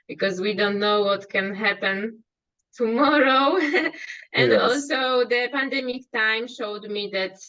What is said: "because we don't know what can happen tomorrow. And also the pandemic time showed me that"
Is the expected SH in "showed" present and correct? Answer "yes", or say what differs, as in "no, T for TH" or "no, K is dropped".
yes